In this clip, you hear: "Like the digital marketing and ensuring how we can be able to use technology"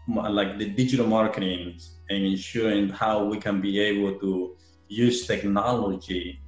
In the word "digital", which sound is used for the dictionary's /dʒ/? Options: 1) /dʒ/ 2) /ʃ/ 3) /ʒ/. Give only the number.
1